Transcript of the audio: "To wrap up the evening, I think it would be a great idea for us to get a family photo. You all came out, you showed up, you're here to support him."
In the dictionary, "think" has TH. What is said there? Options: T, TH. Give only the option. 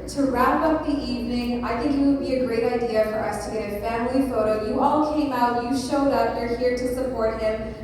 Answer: TH